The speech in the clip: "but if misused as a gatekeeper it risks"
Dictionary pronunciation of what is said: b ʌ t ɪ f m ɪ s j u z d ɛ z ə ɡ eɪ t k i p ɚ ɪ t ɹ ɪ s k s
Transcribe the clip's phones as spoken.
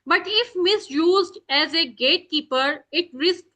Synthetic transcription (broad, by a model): b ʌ t ɪ f m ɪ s j u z d ɛ z ə ɡ eɪ t k i p ɚ ɪ t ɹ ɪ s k